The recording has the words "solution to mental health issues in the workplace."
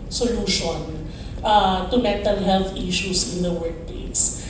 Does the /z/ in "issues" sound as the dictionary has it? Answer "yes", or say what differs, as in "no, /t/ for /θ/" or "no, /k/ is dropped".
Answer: no, /s/ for /z/